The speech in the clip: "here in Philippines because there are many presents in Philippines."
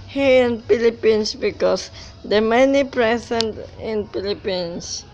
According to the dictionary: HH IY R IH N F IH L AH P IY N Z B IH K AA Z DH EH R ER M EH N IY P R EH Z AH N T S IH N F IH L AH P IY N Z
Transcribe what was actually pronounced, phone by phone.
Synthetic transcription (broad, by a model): HH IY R IH N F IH L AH P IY N S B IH K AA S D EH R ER M EH N IY P R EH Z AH N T IH N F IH L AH P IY N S